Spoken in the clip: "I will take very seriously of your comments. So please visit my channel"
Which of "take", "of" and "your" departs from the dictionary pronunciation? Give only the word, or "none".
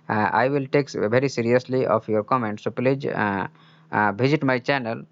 of